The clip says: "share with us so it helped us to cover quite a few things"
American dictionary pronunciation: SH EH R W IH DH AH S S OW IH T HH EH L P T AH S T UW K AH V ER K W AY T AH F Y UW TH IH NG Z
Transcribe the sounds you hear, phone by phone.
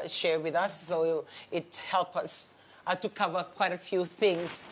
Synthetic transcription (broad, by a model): SH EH R W IH DH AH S S OW IH T HH EH L P AH S T UW K AH V ER K W AY T AH F Y UW TH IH NG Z